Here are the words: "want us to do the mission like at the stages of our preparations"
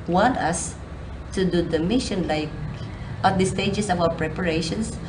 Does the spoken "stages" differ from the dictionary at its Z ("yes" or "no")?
yes